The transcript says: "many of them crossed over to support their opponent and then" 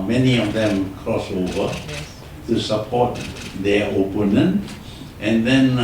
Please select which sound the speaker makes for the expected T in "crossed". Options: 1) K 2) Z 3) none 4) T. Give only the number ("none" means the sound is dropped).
3